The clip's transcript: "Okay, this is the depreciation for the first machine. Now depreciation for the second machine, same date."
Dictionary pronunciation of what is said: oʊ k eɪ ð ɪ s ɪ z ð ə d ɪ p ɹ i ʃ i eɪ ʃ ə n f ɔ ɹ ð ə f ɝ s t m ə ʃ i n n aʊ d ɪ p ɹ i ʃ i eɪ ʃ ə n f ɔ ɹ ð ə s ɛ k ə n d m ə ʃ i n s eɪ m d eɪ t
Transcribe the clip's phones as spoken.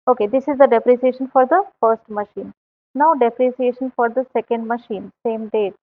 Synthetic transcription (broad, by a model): oʊ k eɪ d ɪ s ɪ z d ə d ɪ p ɹ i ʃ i eɪ ʃ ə n f ɔ ɹ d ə f ɝ s t m ə ʃ i n n aʊ d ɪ p ɹ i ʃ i eɪ ʃ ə n f ɔ ɹ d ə s ɛ k ə n d m ə ʃ i n s eɪ m d eɪ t